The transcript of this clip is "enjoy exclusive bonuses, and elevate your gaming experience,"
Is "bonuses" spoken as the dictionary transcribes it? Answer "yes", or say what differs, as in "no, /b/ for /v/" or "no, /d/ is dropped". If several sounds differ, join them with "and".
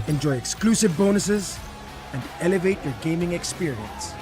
yes